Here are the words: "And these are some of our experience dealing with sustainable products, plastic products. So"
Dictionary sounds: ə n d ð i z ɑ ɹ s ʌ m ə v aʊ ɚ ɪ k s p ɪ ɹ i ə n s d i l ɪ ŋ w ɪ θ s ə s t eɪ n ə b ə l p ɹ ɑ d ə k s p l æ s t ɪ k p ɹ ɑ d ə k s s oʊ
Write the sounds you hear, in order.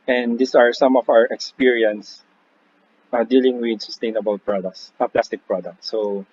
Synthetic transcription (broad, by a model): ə n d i s ɑ ɹ s ʌ m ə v aʊ ɚ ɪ k s p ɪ ɹ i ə n s d i l ɪ ŋ w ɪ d s ə s t eɪ n ə b ə l p ɹ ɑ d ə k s p l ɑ s t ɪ k p ɹ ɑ d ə k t s oʊ